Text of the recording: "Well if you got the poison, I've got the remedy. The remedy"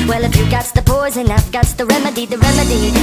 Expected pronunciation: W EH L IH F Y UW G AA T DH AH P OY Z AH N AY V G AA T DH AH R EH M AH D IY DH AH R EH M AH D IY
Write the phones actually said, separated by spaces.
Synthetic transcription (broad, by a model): W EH L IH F Y UW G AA T DH AH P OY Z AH N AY F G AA T DH AH R EH M AH D IY DH AH R EH M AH D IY